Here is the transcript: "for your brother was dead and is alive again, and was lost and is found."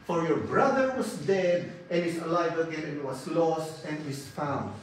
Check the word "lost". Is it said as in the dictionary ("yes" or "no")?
yes